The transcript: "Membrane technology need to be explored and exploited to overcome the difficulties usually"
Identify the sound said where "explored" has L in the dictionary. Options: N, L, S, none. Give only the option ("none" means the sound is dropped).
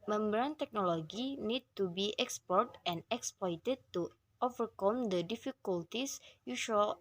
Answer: none